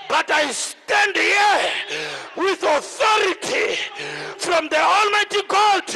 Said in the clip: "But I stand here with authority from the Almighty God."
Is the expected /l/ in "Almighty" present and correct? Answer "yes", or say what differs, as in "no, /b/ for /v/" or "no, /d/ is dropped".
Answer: yes